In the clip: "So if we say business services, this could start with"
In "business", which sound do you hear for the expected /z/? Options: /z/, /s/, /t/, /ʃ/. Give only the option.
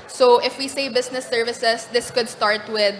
/s/